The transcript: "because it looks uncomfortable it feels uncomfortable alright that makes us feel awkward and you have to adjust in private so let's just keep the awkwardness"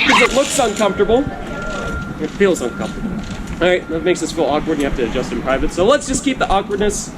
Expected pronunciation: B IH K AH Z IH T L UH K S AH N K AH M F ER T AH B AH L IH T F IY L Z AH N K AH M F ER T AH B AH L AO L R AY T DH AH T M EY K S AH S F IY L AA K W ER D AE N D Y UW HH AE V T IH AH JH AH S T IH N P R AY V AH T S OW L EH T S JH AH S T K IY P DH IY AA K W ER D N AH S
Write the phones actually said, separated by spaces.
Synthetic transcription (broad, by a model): K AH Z IH T L UH K S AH N K AH M F T AH B L IH T F IY L Z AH N K AH M F T AH B L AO R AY T DH AH T M EY K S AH S F IY L AA K W ER D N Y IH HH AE F T IH JH AH S T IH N P R AY V AH T S OW L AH T S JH AH S K IY P DH IY AA K W ER D N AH S